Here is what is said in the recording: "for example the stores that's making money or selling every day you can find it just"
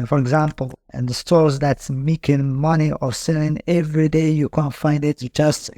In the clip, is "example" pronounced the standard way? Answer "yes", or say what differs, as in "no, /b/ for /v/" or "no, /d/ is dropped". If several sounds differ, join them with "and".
no, /n/ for /l/